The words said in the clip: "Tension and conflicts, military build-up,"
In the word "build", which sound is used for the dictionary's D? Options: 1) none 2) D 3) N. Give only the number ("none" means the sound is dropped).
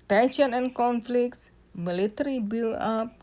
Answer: 1